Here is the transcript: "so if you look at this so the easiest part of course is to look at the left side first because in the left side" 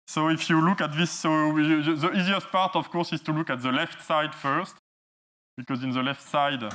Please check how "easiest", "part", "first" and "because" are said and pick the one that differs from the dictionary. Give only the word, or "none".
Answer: none